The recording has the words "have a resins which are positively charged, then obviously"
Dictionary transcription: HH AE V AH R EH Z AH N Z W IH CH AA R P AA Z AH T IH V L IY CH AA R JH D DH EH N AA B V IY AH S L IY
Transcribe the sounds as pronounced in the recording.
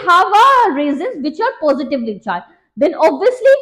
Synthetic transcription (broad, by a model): HH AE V AH R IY Z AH N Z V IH CH AA R P AA Z AH T IH V L IY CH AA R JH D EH N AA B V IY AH S L IY